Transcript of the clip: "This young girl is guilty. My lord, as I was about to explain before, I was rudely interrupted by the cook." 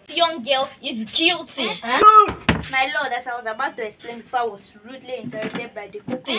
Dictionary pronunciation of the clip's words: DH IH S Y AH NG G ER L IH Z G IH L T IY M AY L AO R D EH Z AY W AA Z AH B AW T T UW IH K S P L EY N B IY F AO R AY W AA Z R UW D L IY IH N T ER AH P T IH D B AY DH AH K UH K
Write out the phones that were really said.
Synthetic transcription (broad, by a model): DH Y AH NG G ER L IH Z G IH L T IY M AY L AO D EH S AY W AA Z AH B AW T T UW IH K S P L EY N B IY F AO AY W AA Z R UW D L IY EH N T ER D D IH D B AY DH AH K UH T